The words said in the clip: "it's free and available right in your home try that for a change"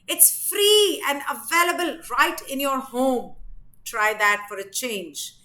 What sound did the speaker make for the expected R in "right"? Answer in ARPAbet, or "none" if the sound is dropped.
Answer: R